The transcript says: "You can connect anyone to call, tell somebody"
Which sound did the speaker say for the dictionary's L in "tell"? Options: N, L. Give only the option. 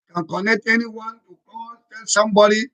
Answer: N